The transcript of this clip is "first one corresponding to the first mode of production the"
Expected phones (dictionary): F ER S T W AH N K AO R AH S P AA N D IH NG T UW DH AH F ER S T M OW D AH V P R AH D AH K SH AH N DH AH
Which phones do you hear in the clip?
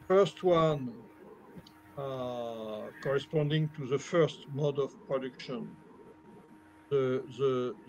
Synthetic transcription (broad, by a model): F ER S T W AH N K AO R AH S P AA N D IH NG T UW DH AH F ER S T M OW D AH V P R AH D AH K SH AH N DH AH